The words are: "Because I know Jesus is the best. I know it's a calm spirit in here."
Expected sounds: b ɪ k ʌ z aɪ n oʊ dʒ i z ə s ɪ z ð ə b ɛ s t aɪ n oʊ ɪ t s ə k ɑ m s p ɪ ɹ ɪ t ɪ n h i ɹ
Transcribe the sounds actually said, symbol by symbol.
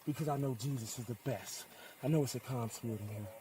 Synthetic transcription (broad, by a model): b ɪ k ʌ z aɪ n oʊ dʒ i z ə s ɪ z ð ə b ɛ s t aɪ n oʊ ɪ t s ə k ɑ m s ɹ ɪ ɪ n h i